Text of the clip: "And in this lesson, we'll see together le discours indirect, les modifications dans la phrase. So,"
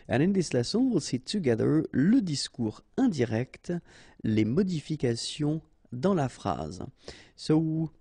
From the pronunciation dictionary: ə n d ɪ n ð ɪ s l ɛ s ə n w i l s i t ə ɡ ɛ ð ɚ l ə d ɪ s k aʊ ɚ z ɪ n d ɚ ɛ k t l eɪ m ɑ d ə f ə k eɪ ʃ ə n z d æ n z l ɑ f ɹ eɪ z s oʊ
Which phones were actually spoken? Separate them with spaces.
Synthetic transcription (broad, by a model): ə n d ɪ n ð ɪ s l ɛ s ə n w i l s i t ə ɡ ɛ ð ɚ l ə d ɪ s k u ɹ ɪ d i ɛ k t l eɪ m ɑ d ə f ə k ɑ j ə d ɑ l ɑ f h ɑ z s oʊ